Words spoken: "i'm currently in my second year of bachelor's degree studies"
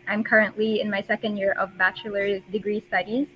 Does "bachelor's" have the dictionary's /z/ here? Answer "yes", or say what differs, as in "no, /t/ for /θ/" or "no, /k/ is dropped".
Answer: no, /z/ is dropped